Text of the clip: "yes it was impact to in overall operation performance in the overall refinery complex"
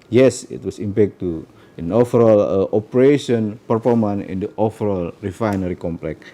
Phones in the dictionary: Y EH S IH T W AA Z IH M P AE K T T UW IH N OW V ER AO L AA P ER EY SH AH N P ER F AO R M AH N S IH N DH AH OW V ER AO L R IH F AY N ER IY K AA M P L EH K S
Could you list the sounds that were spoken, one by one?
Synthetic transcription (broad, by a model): Y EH S IH T W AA S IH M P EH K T T UW IH N OW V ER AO L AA P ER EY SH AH N P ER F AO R M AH N IH N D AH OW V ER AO L R IH F AY N ER IY K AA M P L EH K